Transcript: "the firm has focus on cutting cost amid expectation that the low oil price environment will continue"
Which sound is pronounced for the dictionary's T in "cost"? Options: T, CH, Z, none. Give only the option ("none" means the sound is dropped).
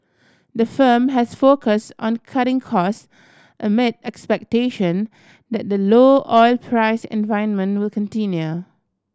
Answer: T